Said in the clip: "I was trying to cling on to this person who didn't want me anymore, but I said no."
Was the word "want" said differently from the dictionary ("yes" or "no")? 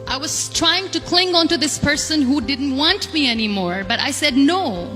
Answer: no